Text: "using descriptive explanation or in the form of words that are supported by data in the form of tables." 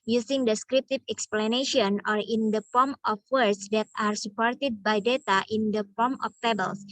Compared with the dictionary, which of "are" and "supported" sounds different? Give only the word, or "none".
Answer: none